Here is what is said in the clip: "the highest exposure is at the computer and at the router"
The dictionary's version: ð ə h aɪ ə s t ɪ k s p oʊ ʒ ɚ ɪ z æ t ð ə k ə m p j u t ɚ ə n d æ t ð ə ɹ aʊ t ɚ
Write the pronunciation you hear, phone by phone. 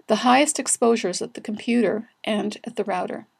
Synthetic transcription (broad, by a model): ð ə h aɪ ə s t ɪ k s p oʊ ʒ ɚ z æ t ð ə k m p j u t ɚ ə n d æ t ð ə ɹ aʊ t ɚ